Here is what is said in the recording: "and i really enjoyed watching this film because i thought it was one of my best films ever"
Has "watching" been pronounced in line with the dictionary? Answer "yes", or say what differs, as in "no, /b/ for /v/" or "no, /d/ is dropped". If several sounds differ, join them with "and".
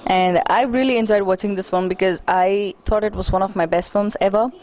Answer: yes